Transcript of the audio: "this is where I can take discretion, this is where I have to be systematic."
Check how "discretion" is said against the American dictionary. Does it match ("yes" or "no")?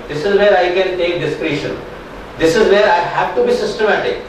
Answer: yes